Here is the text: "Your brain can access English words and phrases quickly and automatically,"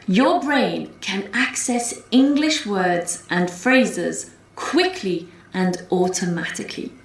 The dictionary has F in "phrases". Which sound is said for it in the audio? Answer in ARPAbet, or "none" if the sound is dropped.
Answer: F